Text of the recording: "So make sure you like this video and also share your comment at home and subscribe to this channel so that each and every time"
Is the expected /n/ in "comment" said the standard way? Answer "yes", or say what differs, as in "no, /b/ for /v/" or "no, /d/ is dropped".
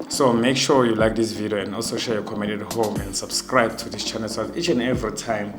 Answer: no, /n/ is dropped